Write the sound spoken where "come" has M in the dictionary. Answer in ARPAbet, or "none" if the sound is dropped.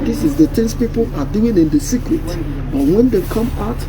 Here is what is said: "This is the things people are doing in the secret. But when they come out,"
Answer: M